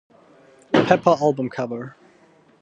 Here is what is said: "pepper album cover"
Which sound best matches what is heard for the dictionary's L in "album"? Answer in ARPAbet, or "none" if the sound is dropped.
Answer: L